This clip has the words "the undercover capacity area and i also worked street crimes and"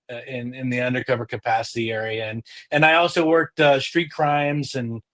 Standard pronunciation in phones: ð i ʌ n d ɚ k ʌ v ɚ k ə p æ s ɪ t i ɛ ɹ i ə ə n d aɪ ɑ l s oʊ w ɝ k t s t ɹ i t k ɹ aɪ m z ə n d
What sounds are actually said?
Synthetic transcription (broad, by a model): ð i ʌ n d ɚ k ʌ v ɚ k ə p æ s ɪ t i ɛ ɹ i ə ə n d aɪ ɑ l s oʊ w ɝ k t s t ɹ i t k ɹ aɪ m z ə n